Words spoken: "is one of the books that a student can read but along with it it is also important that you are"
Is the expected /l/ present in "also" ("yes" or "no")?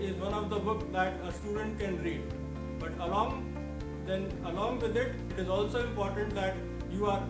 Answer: yes